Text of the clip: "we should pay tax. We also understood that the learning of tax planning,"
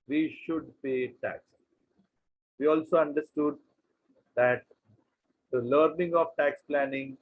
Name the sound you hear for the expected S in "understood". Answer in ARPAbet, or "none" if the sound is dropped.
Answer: S